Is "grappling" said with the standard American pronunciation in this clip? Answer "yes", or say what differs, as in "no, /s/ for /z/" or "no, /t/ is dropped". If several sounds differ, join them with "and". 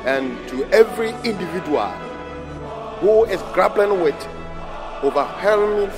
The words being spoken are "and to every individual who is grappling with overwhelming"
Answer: no, /b/ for /p/